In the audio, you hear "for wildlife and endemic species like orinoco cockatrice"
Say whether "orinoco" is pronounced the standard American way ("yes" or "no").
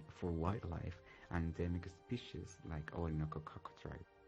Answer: no